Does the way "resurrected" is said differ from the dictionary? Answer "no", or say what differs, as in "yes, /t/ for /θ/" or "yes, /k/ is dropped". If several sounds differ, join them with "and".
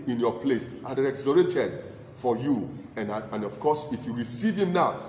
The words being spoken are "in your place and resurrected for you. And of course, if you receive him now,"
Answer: yes, /k/ is dropped